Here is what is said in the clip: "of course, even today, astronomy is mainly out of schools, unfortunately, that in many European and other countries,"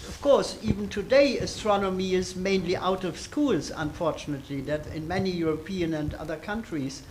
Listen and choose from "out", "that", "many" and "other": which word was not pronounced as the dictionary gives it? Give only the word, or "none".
none